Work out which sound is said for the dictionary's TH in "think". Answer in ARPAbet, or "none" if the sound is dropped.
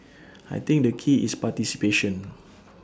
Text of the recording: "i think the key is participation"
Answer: T